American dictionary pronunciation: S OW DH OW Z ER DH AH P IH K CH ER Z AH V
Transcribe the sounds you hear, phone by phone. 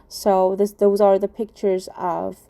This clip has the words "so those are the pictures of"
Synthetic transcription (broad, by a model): S OW DH OW Z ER DH AH P IH K CH ER Z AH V